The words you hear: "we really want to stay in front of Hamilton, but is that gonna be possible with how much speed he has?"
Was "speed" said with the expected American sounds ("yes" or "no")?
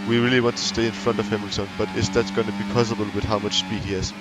yes